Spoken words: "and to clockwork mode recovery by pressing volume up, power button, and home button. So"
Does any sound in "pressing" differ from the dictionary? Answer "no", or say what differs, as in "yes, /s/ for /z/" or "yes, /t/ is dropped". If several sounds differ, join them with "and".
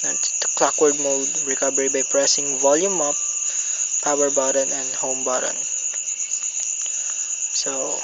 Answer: no